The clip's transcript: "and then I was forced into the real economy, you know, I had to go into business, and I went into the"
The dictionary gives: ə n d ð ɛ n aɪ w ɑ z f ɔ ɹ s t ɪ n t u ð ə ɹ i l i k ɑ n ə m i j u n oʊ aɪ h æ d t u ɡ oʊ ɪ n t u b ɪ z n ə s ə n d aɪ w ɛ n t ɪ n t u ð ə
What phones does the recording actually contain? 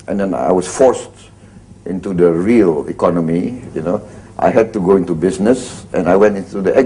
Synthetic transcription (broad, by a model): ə n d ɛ n aɪ w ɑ s f ɔ ɹ s t ɪ n t u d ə ɹ i l i k ɑ n ə m i j u n oʊ aɪ h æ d t u ɡ oʊ ɪ n t u b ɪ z n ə s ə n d aɪ w ɛ n t ɪ n t u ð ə